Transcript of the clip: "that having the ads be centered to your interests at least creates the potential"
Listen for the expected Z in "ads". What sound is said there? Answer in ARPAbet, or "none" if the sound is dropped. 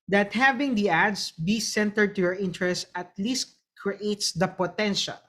S